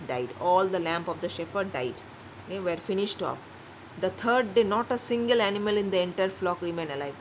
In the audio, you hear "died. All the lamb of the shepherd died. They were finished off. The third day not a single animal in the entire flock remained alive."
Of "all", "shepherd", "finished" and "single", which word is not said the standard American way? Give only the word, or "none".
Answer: shepherd